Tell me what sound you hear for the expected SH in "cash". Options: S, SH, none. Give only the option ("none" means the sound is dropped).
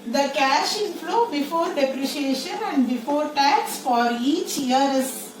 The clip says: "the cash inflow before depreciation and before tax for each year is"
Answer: SH